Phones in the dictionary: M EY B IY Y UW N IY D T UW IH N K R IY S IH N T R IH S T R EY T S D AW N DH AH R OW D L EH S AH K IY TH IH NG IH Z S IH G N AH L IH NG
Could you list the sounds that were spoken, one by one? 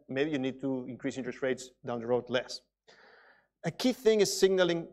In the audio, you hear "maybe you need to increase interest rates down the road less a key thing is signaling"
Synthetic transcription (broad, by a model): M EY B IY Y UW N IY D T UW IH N K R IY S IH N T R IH S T R EY T S D AW N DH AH R OW D L EH S AH K IY TH IH NG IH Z S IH G N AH L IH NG